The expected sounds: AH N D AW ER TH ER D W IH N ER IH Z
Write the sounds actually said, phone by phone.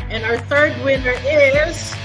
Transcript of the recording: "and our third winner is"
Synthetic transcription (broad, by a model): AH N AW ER TH ER D W IH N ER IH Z